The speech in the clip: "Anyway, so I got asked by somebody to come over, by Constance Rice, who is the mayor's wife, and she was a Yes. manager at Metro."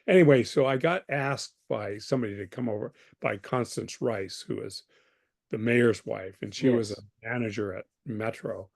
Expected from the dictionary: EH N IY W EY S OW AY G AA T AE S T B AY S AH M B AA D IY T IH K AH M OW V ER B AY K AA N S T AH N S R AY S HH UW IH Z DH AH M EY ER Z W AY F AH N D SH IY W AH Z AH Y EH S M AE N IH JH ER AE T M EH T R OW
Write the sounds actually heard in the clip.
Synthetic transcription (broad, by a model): EH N IY W EY S OW AY G AA T AE S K B AY S AH M B AA D IY T IH K AH M OW V ER B AY K AA N S T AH N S R AY S HH UW IH Z DH AH M EY ER Z W AY F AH N SH IY W AH Z AH M AE N IH JH ER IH T M EH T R OW